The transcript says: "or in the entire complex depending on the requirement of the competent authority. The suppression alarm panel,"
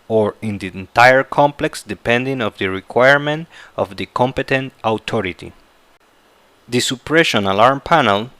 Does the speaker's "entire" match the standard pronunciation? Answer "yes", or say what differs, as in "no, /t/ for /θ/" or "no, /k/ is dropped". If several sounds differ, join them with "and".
yes